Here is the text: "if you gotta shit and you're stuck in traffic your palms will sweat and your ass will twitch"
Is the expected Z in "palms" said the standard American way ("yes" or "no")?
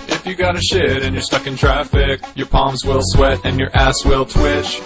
yes